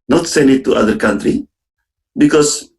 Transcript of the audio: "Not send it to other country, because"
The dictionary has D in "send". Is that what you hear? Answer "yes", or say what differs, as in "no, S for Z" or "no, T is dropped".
no, D is dropped